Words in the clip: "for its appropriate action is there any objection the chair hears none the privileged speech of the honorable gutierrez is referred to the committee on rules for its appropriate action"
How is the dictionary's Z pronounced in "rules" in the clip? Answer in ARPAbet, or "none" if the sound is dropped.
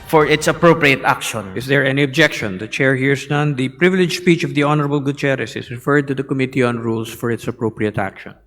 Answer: S